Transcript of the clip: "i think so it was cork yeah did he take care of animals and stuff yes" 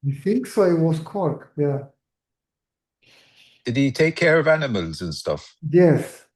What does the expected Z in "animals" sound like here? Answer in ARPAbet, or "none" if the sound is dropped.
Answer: Z